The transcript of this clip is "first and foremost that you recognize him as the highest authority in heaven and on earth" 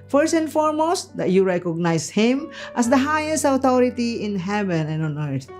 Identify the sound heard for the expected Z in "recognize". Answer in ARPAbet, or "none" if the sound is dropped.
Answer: S